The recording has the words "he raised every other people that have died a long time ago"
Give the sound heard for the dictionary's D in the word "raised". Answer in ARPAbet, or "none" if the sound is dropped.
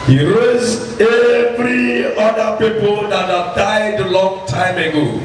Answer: none